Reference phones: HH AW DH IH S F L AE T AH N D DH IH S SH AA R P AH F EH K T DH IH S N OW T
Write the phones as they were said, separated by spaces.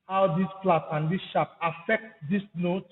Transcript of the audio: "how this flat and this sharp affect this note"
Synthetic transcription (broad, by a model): HH AW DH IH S P L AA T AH N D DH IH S SH AA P AH F EH K T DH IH S N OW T